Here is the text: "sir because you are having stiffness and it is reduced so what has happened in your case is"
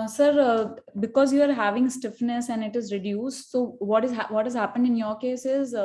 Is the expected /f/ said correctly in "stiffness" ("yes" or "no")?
yes